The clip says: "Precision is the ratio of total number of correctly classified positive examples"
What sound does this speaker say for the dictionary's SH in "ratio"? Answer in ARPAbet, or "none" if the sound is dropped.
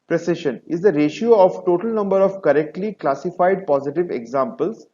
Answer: SH